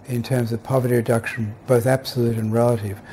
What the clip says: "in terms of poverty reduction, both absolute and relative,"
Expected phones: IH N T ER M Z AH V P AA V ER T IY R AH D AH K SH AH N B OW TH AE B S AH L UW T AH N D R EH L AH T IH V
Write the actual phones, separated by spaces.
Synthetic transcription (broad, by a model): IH N T ER M Z AH V P AA V ER T IY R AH D AH K SH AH N B OW TH AE B S AH L UW T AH N R EH L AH T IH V